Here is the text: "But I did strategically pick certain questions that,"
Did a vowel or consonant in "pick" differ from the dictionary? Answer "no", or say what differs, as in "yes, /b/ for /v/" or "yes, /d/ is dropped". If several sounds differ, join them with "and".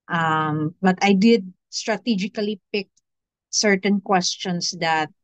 no